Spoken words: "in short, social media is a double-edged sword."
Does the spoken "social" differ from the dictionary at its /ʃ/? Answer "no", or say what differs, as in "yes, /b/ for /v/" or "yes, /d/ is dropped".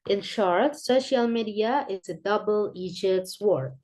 no